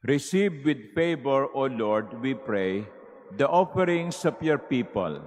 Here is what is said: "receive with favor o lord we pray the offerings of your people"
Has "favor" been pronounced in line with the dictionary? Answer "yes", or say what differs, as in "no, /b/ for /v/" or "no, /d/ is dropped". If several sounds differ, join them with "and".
no, /b/ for /v/